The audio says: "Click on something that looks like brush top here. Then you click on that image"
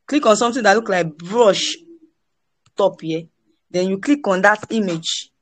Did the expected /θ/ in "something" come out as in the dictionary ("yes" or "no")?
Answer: no